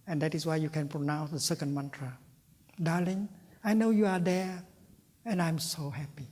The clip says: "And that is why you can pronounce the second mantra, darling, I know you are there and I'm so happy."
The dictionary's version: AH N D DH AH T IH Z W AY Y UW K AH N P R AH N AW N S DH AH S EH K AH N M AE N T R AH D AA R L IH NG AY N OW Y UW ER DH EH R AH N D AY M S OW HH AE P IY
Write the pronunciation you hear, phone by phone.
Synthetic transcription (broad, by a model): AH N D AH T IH S W AY Y UW K AH N P R AH N AW N S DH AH S EH K AH N M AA N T R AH D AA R L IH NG AY N OW Y UW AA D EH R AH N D AY M S OW HH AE P IY